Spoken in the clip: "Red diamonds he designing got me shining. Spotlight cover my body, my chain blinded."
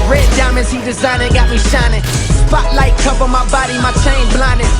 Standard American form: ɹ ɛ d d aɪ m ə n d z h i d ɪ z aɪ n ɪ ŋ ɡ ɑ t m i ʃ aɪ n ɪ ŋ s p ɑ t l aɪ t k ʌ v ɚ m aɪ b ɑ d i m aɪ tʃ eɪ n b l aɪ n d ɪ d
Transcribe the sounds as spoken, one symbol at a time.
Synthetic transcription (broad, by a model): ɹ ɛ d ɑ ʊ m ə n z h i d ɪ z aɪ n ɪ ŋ ɡ ɑ t m i ʃ aɪ n ɪ ŋ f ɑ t l aɪ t k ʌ p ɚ m aɪ b ɑ d i m aɪ tʃ eɪ n b l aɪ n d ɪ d